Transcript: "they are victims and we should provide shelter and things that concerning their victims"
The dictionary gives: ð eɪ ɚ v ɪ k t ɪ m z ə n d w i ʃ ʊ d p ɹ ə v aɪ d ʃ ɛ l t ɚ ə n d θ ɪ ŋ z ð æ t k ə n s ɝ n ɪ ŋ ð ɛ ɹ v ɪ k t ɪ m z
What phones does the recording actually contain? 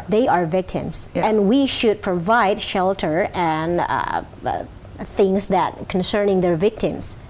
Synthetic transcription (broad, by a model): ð eɪ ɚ v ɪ k t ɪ m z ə n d w i ʃ ʊ d p ɹ ə v aɪ d ʃ ɛ l t ɚ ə n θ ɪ ŋ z ð æ t k ə n s ɝ n ɪ ŋ ð ɛ ɹ v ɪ k t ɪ m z